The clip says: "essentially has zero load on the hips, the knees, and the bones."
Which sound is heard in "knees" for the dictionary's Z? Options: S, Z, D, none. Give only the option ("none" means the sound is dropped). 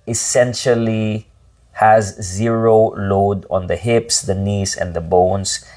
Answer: S